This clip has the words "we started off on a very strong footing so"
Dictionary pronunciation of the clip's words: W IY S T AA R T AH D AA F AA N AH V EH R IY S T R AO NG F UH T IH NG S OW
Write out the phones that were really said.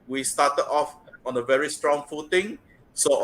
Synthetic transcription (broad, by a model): W IY S T AA T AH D AA F AA N AH V EH R IY S T R AO NG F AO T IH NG S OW